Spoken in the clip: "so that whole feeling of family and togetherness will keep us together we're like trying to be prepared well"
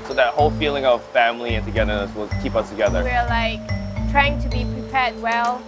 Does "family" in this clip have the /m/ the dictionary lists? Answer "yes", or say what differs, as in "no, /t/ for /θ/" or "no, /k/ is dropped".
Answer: yes